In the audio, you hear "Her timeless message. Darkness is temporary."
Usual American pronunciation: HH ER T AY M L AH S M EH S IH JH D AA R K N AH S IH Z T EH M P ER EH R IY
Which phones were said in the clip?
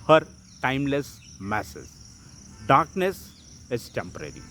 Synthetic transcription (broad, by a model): HH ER T AY M L AH S M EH S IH Z D AA R K N AH S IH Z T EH M P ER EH R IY